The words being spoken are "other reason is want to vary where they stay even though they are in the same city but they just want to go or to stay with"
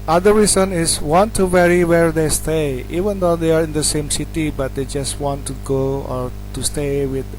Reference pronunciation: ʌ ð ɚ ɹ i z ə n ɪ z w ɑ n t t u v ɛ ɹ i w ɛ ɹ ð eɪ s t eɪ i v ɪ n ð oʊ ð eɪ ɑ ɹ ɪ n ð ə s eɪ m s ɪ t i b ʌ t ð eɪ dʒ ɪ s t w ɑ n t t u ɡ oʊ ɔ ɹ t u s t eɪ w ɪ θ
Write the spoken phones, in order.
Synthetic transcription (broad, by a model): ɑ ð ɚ ɹ i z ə n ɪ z w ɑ n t t u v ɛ ɹ i w ɛ ɹ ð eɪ s t eɪ i v ɪ n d oʊ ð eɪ ɑ ɹ ɪ n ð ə s eɪ m s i t i b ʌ t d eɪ dʒ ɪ s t w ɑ n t t u ɡ oʊ ɔ ɹ t u s t eɪ w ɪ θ